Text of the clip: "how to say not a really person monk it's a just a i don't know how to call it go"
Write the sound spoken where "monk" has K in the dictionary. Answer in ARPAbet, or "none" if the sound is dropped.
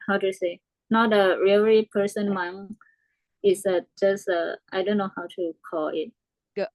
none